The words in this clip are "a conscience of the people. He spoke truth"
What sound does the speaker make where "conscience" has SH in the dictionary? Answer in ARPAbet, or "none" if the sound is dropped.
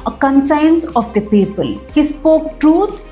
S